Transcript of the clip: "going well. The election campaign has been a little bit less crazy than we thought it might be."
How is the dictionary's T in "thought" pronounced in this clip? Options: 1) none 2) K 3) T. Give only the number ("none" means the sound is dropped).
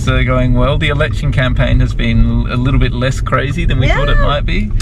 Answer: 3